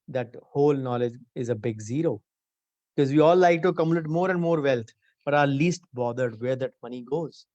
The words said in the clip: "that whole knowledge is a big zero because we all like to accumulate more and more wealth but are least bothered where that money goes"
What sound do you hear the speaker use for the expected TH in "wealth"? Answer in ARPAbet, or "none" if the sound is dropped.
T